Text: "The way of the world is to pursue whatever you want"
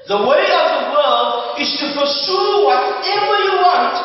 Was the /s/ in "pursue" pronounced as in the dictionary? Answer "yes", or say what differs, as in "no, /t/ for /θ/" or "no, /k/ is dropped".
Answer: no, /ʃ/ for /s/